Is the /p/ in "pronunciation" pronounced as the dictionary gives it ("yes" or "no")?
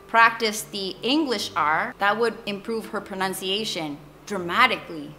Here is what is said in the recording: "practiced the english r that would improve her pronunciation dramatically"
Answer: yes